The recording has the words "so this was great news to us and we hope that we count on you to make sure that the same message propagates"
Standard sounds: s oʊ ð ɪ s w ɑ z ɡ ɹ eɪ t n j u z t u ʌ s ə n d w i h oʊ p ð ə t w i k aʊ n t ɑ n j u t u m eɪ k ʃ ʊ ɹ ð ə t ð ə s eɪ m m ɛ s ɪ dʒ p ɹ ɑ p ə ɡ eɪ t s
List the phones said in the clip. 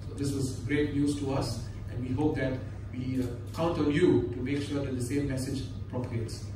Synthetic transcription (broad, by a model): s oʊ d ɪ s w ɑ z ɡ ɹ eɪ t n j u s t u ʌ s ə n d w i h oʊ p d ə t w i k aʊ n t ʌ l j u t u m eɪ k ʃ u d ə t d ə s eɪ m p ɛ s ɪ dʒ p ɹ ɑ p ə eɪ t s